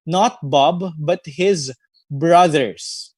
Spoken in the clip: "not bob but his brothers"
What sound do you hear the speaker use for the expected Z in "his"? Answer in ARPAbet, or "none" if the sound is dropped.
Z